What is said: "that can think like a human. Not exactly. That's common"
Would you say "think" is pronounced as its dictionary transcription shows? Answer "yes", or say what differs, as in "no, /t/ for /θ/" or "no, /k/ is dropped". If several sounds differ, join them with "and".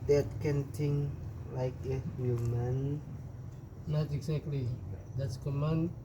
no, /t/ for /θ/